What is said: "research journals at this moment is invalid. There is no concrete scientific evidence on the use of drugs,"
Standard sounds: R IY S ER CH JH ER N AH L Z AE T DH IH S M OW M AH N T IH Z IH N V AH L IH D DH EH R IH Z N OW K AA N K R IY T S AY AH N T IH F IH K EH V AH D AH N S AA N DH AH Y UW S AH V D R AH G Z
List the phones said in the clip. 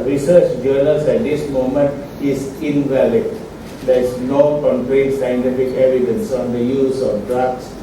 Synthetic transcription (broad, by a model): R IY S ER CH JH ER L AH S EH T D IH S M OW M AH N T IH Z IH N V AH L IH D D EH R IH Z N OW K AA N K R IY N S AY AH N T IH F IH K EH V AH D AH N S AA N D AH Y UW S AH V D R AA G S